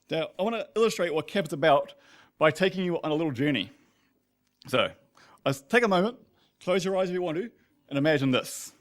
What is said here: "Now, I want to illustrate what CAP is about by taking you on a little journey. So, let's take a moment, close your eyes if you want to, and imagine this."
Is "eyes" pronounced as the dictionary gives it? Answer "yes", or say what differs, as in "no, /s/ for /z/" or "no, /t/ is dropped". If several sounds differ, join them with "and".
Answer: yes